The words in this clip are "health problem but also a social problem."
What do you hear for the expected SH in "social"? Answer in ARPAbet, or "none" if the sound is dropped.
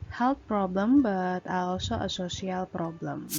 S